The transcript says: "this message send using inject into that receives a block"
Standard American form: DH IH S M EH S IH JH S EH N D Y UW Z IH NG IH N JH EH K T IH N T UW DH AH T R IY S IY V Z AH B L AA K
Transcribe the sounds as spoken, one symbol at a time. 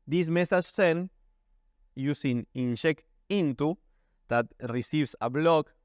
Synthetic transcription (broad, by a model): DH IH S M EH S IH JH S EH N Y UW S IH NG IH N SH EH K IH N T UW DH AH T R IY S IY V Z AH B L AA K